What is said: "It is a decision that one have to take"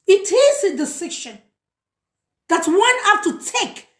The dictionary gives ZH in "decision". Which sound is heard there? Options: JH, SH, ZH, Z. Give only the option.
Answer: SH